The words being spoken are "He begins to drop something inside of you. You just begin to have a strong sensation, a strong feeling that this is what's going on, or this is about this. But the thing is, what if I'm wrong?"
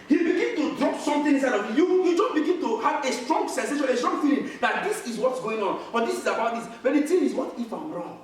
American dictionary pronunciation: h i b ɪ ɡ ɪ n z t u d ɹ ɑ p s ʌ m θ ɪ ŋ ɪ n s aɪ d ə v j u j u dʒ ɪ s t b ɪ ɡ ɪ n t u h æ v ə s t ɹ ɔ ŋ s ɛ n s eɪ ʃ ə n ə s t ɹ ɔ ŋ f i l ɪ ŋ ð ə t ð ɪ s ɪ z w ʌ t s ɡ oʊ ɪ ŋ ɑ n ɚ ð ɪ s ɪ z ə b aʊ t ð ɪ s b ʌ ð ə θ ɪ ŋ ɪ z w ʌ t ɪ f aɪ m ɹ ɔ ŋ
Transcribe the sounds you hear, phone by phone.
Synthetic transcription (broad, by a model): h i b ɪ ɡ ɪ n t u d ɹ ɑ p s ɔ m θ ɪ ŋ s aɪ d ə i j u j u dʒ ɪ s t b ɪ ɡ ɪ n t u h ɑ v ə s t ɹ ɔ ŋ s ɛ n s eɪ ʃ ə n ə s t ɹ ɔ ŋ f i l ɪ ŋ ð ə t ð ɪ s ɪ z w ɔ t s ɡ oʊ ɪ ŋ ɑ n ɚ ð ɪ s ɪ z ə b aʊ t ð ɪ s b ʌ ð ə t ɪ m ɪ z w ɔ t ɪ f aɪ m ɹ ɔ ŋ